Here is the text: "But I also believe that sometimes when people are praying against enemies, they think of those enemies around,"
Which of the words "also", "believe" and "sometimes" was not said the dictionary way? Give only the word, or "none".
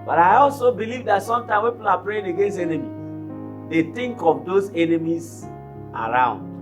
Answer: sometimes